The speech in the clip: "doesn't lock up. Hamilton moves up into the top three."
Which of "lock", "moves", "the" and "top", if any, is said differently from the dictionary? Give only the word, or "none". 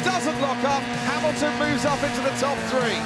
none